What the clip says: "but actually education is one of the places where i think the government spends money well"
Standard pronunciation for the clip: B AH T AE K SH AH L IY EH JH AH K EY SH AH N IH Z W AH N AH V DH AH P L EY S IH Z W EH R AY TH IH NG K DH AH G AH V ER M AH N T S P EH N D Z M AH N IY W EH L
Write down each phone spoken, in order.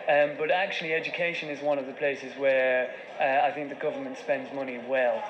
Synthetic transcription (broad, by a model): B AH T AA K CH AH L IY EH JH AH K EY SH AH N IH Z W AH N AH V DH AH P L EY S IH Z W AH R AY TH IH NG K DH AH G AH V ER M AH N T S P EH N D Z M AH N IY W EH L